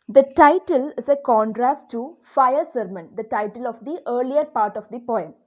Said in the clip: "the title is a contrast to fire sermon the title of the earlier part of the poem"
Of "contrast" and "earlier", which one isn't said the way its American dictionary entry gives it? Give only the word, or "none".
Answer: none